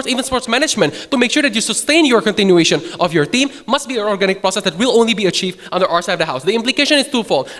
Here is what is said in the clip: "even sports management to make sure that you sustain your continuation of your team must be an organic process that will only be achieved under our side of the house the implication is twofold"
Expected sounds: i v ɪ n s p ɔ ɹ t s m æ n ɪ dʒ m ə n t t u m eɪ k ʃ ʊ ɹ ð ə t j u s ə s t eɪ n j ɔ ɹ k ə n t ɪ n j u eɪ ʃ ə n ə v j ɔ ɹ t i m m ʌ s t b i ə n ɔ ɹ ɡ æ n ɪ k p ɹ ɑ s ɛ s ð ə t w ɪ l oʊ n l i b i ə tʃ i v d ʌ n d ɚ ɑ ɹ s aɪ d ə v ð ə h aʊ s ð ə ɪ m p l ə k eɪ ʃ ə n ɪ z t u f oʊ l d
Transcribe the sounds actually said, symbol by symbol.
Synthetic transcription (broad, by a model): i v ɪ n s p ɔ ɹ t s m æ n ɪ dʒ m ə n t t u m eɪ k ʃ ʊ ɹ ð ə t j u s ə s t eɪ n j ɔ ɹ k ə n t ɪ n j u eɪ ʃ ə n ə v j ɔ ɹ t i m m ʌ s t b i ə n ɔ ɹ ɡ æ n ɪ k p ɹ ɑ s ɛ s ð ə t w ɪ l oʊ n l i b i ə tʃ i v d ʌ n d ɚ ɑ ɹ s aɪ ə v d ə h aʊ s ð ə ɪ m p l ə k eɪ ʃ ə n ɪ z t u f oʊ l